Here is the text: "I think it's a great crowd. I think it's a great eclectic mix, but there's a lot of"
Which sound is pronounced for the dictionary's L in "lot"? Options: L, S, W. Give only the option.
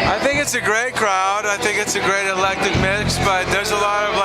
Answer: L